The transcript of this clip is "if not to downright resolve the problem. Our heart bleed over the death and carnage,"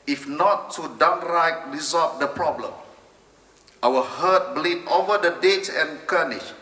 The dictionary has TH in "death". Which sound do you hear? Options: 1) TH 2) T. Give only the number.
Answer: 2